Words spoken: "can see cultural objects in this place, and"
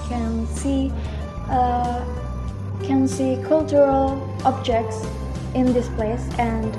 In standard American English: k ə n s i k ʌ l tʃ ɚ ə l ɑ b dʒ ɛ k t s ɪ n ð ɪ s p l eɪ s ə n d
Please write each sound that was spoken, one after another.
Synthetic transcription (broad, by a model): k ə n s i k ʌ l tʃ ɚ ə l ɑ b dʒ ɛ k t s ɪ n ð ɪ s p l eɪ s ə n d